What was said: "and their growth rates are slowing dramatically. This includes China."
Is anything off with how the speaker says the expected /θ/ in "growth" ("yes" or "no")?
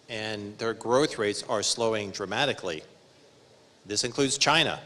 no